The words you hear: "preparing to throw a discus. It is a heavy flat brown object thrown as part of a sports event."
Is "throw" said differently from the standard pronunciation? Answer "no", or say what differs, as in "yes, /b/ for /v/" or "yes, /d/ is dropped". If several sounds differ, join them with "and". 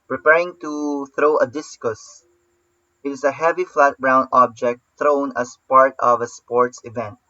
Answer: no